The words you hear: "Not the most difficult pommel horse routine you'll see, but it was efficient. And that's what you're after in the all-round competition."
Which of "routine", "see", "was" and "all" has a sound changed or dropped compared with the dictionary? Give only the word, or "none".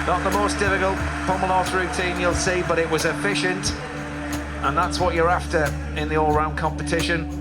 none